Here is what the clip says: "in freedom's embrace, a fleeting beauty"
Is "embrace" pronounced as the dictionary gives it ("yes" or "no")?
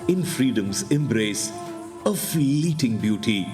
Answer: yes